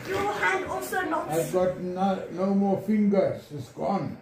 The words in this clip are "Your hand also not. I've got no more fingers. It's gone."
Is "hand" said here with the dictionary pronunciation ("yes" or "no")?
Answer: no